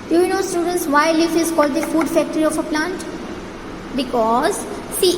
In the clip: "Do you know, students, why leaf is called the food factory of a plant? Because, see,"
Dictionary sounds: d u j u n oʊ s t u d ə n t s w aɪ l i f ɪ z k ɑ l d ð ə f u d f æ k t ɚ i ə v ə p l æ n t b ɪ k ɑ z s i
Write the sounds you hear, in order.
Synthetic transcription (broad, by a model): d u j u n oʊ s t u d ə n t s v aɪ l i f ɪ z k ɑ l d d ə f u d f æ k t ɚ i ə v ə p l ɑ n t b ɪ k ɑ z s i